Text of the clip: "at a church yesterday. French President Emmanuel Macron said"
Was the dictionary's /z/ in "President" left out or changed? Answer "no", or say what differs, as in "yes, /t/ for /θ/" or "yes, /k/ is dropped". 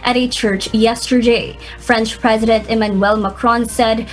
no